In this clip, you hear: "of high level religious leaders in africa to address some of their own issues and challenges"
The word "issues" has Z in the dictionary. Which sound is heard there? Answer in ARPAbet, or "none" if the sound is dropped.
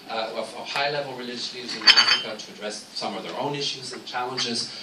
Z